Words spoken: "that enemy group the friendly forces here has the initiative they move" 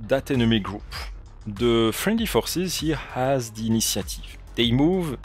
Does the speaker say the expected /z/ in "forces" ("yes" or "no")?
yes